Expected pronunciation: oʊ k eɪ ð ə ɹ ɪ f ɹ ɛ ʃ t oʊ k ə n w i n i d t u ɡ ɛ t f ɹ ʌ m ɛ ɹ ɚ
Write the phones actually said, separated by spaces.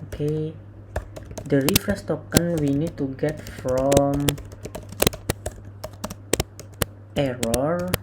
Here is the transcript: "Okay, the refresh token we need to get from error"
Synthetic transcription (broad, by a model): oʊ k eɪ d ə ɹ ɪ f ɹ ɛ s t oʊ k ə n w i n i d t u ɡ ɛ t f ɹ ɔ m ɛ ɹ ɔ